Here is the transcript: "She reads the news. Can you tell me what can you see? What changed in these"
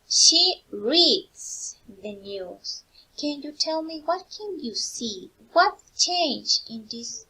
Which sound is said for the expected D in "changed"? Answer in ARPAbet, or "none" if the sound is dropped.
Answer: none